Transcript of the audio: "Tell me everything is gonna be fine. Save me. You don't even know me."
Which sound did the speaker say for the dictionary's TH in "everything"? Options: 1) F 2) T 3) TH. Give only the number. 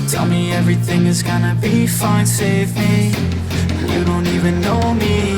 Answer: 3